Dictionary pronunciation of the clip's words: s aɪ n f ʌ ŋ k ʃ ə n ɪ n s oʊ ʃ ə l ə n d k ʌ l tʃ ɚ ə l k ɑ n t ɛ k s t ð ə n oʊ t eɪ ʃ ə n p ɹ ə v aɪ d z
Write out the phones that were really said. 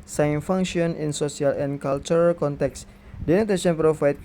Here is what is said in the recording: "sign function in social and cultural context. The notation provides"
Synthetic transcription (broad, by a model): s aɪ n f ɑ ŋ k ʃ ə n ɪ n s oʊ s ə l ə n k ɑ l tʃ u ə l k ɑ n t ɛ k s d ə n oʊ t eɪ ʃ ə n p ɹ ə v aɪ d